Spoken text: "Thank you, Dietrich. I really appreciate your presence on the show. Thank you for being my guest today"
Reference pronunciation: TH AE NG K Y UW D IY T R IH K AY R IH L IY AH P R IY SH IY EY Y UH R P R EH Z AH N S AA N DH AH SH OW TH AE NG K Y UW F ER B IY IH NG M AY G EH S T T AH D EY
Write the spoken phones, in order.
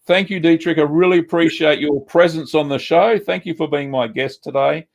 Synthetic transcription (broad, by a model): TH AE NG K Y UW D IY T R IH K AY R IH L IY AH P R IY SH IY EY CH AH R P R EH Z AH N S N DH AH SH OW TH AE NG K Y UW F ER B IY IH NG M AY G EH S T T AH D EY